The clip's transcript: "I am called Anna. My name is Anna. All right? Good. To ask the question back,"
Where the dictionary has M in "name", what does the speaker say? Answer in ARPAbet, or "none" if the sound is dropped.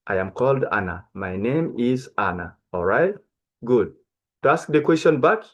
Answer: M